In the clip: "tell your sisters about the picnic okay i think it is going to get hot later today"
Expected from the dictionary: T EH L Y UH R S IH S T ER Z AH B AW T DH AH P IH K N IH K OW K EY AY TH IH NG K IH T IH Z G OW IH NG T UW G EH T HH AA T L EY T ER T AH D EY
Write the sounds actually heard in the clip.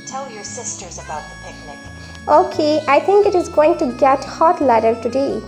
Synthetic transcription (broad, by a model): T EH L Y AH R S IH S T ER Z AH B AW T DH AH P IH K N IH K OW K EY AY T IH NG K IH T IH Z G OW IH NG T UW G EH T HH AA T L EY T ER T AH D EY